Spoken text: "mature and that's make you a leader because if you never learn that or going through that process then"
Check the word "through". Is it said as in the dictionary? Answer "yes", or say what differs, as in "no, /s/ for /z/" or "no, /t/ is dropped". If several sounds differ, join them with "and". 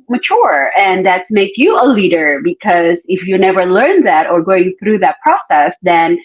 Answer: yes